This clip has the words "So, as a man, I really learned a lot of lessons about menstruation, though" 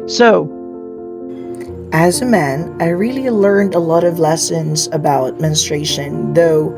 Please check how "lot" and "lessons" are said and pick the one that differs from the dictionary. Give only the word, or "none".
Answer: none